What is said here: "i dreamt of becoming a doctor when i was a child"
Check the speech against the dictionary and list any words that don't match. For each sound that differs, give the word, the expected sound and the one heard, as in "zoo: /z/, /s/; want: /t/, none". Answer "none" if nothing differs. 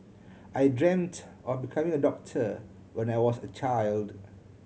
was: /z/, /s/